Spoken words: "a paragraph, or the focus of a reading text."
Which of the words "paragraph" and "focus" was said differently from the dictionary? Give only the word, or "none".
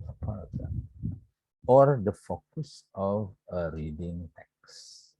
paragraph